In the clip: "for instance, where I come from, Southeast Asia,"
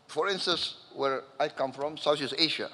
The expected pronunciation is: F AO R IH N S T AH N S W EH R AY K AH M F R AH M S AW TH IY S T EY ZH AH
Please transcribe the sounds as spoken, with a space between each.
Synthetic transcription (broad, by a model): F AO R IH N S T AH S W EH R AY K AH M F R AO M S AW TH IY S EY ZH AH